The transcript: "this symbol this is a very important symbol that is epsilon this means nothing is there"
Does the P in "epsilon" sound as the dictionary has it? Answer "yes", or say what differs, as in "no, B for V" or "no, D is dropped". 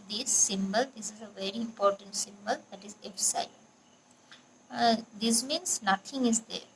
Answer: no, F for P